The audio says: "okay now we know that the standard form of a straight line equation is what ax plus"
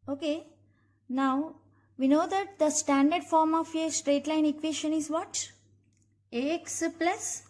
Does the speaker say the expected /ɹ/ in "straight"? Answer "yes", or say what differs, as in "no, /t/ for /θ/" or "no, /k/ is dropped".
yes